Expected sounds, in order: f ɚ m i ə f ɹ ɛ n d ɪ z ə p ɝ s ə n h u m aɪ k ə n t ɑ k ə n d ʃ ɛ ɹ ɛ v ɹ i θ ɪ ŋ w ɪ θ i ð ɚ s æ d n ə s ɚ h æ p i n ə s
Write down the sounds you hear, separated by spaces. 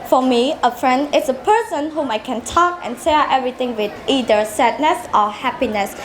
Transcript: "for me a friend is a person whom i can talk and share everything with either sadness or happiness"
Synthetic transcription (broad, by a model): f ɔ m i ə f ɹ ɛ n d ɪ s ə p ɝ s ə n h u m aɪ k ə n t ɑ k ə n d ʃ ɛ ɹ ɛ v ɹ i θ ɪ ŋ w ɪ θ i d ɚ s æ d n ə s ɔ h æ p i n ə s